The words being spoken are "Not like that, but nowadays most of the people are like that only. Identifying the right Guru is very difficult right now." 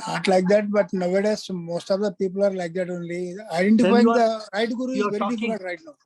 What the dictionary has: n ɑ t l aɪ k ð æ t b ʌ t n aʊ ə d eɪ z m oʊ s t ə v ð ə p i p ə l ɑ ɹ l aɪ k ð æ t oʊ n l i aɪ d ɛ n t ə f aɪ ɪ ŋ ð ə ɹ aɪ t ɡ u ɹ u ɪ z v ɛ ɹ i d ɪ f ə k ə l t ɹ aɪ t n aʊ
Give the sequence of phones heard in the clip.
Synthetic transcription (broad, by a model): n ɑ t l aɪ k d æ t b ʌ t n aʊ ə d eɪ s m oʊ s t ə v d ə p i p ə l ɑ ɹ l aɪ k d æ t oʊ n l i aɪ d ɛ n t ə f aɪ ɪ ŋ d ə ɹ aɪ t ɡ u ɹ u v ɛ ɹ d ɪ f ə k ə t ɹ aɪ t n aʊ